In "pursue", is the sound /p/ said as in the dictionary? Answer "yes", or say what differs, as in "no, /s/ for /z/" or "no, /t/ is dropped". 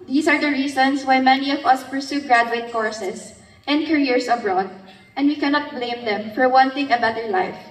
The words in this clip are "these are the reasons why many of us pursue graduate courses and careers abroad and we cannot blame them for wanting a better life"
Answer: yes